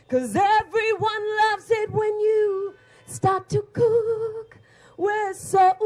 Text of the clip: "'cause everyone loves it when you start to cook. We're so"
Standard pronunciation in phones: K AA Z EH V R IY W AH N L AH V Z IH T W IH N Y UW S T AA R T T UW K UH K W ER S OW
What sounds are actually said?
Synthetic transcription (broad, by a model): K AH Z EH V R IY W AH N L AH V Z IH T W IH N Y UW S T AA R T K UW K K W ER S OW